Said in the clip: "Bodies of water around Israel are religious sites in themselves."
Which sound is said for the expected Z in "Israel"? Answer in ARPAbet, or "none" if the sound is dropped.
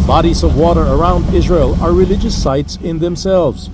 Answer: Z